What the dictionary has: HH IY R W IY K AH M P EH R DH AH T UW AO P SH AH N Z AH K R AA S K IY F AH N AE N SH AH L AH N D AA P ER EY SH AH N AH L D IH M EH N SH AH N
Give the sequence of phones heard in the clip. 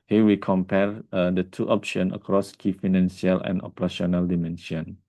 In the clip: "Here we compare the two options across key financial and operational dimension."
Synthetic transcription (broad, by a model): HH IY W IY K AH M P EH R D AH T UW AO P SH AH N AH K R AA S K IY F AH N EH N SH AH L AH N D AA P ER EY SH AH N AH L D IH M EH N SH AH N